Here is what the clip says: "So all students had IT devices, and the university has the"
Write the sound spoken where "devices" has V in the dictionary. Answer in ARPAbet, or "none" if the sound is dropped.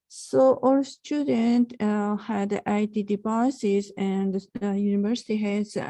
P